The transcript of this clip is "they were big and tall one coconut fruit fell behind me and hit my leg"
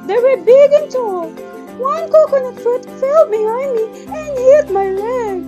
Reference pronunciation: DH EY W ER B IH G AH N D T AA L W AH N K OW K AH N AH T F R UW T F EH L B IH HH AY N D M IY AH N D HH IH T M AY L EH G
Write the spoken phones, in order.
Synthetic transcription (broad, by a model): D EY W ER B IH G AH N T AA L W AH N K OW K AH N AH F UW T F EH L B IH HH AY N D M IY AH N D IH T M AY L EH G